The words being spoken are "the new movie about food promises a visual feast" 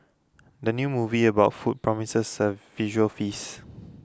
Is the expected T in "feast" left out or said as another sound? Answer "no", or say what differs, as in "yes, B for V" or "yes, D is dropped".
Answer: yes, T is dropped